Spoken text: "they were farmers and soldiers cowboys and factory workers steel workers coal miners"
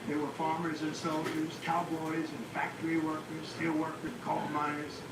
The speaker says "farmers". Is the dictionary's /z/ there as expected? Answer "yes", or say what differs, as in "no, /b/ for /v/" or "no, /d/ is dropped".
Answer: yes